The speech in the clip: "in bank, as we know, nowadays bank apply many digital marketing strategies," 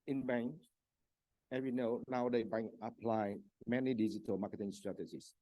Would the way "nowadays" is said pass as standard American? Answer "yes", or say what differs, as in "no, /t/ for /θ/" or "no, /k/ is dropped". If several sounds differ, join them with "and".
no, /z/ is dropped